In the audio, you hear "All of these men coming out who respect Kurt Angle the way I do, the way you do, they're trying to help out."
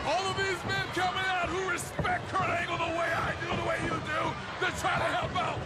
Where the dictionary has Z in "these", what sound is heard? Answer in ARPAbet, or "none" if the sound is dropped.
Z